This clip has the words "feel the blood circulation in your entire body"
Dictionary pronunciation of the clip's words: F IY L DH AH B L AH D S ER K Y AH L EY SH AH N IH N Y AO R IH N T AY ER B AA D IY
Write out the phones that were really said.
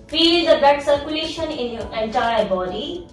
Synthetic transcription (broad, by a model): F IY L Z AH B EH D S ER K Y AH L EY SH AH N IH N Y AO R IH N T AY ER B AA D IY